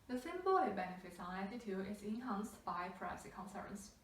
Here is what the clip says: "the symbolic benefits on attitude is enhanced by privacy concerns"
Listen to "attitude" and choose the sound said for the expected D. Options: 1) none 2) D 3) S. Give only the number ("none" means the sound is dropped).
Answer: 1